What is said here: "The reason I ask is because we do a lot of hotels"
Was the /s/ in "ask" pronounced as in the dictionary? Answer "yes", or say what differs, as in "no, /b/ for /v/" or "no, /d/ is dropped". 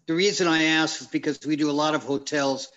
yes